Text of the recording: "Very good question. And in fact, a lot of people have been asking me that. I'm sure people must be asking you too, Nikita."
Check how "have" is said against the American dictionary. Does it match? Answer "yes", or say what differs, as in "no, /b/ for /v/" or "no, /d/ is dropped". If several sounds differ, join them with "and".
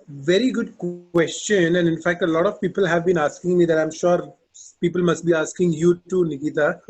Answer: yes